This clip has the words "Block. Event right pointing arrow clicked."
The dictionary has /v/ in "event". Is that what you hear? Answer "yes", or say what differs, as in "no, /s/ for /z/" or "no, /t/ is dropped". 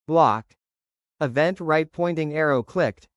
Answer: yes